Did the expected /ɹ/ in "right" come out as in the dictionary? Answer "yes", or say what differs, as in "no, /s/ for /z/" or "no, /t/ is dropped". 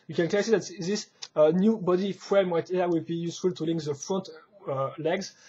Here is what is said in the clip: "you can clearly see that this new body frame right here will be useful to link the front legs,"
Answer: no, /w/ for /ɹ/